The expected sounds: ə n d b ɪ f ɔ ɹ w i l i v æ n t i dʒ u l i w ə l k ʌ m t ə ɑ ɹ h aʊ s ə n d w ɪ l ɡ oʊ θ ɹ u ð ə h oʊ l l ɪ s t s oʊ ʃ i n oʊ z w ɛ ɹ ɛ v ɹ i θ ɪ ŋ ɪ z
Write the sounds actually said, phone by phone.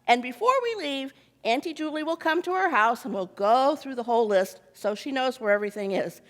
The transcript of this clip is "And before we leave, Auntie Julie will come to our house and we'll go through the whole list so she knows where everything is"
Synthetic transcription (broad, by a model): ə n b ɪ f ɔ ɹ w i l i v æ n t i dʒ u l i w ə l k ʌ m t ə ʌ ɹ h aʊ s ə n w ɪ l ɡ oʊ θ ɹ u ð ə h oʊ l l ɪ s t s oʊ ʃ i n oʊ z w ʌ ɹ ɛ v ɹ i θ ɪ ŋ ɪ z